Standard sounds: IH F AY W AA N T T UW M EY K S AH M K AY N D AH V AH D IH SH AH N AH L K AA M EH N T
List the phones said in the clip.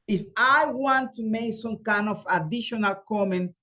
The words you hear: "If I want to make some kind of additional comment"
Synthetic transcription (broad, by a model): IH F AY W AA N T T UW M EY K S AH M K AY N D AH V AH D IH SH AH N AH L K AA M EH N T